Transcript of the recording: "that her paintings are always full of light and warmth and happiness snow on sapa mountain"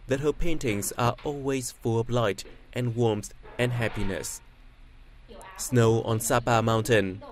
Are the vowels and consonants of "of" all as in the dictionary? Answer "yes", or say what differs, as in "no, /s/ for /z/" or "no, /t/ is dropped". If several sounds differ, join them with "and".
no, /b/ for /v/